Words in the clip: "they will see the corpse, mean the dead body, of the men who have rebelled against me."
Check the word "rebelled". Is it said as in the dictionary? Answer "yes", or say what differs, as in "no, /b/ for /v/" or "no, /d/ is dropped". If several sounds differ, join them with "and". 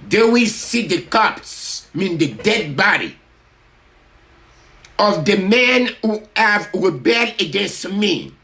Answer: no, /d/ is dropped